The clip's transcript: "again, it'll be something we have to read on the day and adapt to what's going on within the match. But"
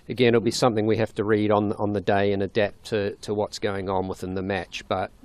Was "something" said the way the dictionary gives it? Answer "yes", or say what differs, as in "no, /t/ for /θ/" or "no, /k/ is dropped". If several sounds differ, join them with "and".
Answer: yes